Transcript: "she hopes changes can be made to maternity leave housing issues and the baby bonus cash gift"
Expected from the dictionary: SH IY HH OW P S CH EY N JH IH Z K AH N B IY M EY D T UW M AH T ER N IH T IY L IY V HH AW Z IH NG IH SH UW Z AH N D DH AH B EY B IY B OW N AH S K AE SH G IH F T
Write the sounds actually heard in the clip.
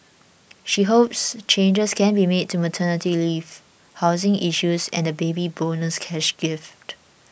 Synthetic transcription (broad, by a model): SH IY HH OW P S CH EY N JH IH S K AH N B IY M EY D T UW M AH T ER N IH T IY L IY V HH AW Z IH NG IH SH UW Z AH N D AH B EY B IY B OW N AH S K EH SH G IH F T